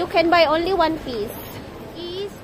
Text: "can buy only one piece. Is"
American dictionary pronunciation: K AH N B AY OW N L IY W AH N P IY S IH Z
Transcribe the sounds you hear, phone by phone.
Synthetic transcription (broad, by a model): K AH N B AY OW N L IY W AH N F IY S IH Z